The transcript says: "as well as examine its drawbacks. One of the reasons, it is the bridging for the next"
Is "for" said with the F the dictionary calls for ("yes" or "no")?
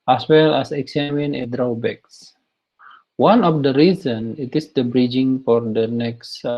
yes